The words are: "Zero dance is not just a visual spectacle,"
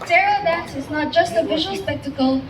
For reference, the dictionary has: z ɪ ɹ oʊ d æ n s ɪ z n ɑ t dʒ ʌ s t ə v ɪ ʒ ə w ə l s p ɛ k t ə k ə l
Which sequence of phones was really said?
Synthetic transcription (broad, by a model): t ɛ ɹ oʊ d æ s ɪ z n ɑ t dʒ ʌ s t ə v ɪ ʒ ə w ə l s p ɛ k t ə k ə l